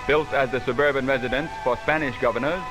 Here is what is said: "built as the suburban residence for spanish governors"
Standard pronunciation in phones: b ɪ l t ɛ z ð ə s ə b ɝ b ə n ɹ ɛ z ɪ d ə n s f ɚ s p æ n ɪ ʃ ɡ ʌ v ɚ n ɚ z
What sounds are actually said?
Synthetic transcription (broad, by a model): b ɪ l t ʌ z ð ə s ə b ɝ b ə n ɹ ɛ z ɪ d ə n s f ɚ s p æ n ɪ ʃ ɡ ʌ v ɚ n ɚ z